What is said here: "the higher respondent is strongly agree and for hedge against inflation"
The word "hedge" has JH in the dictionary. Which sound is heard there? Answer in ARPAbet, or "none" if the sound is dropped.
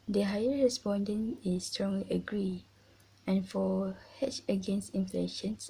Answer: CH